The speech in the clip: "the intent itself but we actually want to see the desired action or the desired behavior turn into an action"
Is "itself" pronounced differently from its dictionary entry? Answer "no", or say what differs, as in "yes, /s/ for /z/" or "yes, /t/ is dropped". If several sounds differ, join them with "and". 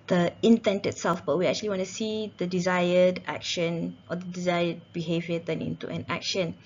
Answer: no